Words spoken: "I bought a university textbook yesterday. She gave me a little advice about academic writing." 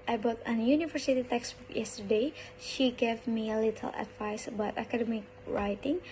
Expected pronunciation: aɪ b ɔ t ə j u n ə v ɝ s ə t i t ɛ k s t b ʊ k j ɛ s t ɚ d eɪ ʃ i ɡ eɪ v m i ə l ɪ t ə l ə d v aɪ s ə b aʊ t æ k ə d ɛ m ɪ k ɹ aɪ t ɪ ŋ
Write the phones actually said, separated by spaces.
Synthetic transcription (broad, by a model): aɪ b ɔ t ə j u n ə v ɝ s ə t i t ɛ k s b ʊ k j ɛ s t ɚ d eɪ ʃ i ɡ eɪ v m i ə l ɪ t ə l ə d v aɪ s ə b aʊ t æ k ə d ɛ m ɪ k ɹ aɪ t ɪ ŋ